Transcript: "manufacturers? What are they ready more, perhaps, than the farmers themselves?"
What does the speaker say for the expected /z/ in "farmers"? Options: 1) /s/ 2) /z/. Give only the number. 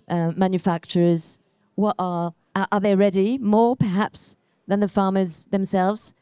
2